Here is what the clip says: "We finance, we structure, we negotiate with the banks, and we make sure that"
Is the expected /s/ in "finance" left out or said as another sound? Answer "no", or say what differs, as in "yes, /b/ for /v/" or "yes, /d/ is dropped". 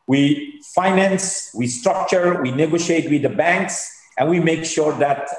no